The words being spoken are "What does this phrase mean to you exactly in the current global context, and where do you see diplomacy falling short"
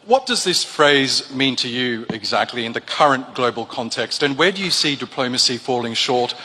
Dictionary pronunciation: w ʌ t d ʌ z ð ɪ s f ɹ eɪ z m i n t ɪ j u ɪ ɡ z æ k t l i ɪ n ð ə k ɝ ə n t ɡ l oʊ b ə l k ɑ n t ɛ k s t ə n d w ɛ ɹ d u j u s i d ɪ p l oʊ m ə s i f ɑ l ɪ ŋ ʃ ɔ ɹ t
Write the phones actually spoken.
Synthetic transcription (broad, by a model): w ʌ t d ʌ z ð ɪ s f ɹ eɪ z m i n t ɪ j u ɪ ɡ z æ k t l i ɪ n ð ə k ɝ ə n ɡ l oʊ b ə l k ɑ n t ɛ k s t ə n w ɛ ɹ d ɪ j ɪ s i d ɪ p l oʊ m ə s i f ɑ l ɪ ŋ ʃ ɔ ɹ t